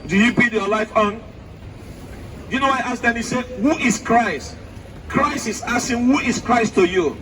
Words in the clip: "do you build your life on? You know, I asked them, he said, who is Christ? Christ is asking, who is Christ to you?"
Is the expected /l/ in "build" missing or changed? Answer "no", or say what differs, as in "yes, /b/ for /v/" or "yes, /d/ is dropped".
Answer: yes, /l/ is dropped